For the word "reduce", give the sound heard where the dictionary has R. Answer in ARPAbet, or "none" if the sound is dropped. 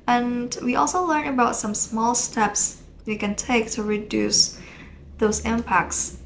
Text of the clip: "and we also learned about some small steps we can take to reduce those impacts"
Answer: R